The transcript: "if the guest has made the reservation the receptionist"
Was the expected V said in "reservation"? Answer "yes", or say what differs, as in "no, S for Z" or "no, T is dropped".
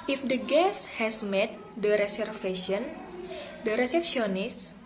no, F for V